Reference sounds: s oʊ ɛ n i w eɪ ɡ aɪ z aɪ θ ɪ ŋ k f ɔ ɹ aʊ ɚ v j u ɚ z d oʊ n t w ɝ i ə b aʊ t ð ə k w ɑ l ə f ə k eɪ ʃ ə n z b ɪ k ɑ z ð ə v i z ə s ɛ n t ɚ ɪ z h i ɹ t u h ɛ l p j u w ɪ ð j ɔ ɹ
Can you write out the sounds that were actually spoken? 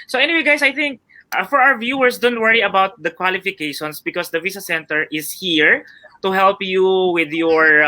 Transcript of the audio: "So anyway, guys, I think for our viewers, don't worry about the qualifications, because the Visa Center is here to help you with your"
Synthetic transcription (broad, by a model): s oʊ ɛ n i w eɪ ɡ aɪ s aɪ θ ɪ ŋ k f ɔ ɹ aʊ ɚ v j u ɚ s d oʊ n t w ɝ i ə b aʊ t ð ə k w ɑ l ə f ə k eɪ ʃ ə n s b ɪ k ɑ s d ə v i s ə s ɛ n t ɚ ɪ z h i ɹ t u h ɛ l p j u w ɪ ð j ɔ ɹ